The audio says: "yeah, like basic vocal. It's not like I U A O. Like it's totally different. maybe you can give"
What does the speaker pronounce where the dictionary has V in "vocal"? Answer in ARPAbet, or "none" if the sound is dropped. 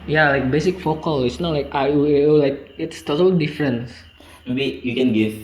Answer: F